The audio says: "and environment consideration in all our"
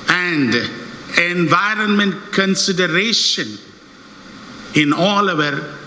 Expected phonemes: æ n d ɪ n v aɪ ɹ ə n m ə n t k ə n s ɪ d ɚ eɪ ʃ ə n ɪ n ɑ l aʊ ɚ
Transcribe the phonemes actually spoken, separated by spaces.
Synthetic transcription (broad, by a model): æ n d ɪ n v aɪ ɹ ə n m ə n t k ə n s ɪ d ɚ eɪ ʃ ə n ɪ n ɑ l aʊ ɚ